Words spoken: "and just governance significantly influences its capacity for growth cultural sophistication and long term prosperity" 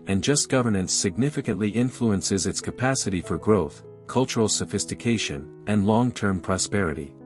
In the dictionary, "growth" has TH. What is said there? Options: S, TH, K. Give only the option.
TH